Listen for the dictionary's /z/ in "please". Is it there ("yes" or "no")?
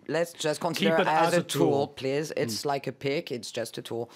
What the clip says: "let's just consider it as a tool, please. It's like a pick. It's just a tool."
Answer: yes